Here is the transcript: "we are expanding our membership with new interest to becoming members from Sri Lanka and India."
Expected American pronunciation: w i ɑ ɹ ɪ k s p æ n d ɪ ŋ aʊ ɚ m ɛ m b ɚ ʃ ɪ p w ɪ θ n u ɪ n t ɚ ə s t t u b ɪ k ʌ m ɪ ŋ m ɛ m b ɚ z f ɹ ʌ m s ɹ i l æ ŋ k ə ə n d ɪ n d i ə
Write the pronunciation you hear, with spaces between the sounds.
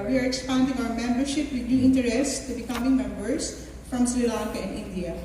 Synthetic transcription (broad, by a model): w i ɑ ɹ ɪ k s p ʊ n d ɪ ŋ aʊ ɚ m ɛ m b ɚ ʃ ɪ p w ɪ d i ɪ n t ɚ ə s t t u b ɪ k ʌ m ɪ ŋ m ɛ m b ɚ s f ɹ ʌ m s l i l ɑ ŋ k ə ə n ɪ n d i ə